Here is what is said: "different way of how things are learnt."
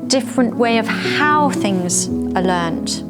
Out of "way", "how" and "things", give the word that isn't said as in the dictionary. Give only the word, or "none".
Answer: none